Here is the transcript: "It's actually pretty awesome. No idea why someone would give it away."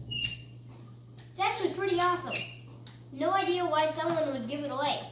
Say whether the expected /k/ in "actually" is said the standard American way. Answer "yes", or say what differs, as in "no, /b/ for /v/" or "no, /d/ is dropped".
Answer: no, /k/ is dropped